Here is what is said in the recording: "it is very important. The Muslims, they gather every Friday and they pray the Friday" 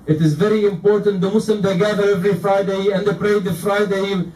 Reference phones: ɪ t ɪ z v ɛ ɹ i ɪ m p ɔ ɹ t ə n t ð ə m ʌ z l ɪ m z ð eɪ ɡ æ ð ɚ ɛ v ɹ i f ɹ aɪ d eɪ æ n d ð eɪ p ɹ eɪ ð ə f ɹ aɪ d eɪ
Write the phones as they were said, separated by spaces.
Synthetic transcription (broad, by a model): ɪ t ɪ z v ɛ ɹ i ɪ m p ɔ ɹ t ə n t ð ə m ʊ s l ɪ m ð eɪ ɡ æ ð ɚ ɛ v ɹ i f ɹ aɪ d eɪ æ n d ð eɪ p ɹ eɪ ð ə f ɹ aɪ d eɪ